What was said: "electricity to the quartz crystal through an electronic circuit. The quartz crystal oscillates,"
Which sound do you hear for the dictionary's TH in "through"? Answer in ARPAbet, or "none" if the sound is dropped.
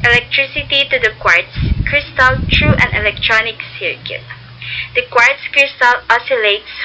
T